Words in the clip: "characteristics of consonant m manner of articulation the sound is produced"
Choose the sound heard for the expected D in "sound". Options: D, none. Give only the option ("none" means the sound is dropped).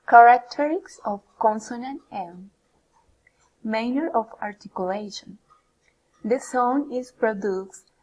none